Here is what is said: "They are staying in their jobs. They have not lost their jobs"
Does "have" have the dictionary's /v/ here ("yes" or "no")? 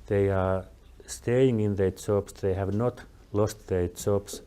yes